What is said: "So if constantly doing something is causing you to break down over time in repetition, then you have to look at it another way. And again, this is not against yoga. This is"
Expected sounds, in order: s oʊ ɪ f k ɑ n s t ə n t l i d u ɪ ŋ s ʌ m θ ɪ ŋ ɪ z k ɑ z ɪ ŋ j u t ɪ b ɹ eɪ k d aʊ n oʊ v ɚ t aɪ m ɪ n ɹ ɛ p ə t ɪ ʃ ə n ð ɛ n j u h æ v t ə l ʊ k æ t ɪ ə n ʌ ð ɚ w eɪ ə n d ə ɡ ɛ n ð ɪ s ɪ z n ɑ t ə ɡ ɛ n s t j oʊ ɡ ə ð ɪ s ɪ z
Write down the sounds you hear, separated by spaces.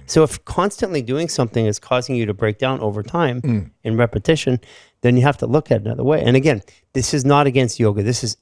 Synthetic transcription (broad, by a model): s oʊ ɪ f k ɑ n s t ə n t l i d u ɪ ŋ s ʌ m θ ɪ ŋ ɪ z k ɑ z ɪ ŋ j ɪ t ɪ b ɹ eɪ k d aʊ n oʊ v ɚ t aɪ m ɪ n ɹ ɛ p ə t ɪ ʃ ə n ð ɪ n j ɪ h æ f t ə l ʊ k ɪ t ɪ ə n ʌ ð ɚ w eɪ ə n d ə ɡ ɛ n ð ɪ s ɪ z n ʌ t ə ɡ ɛ n s t j oʊ ɡ ə ð ɪ s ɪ z